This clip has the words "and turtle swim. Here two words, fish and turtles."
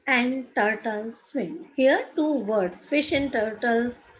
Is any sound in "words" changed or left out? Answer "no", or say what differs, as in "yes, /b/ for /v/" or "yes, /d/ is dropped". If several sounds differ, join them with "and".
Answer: yes, /s/ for /z/